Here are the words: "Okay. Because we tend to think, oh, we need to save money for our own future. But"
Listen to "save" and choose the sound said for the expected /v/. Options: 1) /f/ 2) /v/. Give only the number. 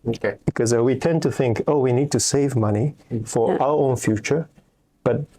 2